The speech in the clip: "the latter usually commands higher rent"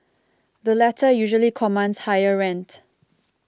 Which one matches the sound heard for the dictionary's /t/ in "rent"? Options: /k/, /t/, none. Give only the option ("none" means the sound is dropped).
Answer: /t/